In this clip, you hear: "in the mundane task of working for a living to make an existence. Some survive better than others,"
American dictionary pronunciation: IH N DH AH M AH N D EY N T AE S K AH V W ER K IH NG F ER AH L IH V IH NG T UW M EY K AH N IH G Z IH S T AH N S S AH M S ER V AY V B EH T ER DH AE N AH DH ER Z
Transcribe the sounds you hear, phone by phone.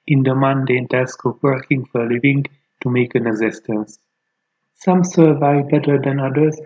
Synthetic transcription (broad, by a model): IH N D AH M AH N D EY N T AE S K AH P W ER K IH NG F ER L IH V IH NG T UW M EY K AH N IH G Z IH S T AH N S S AH M S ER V AY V B EH T ER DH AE N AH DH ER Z